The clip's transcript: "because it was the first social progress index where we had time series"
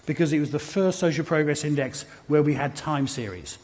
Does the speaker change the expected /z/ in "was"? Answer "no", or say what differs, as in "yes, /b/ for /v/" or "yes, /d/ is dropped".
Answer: no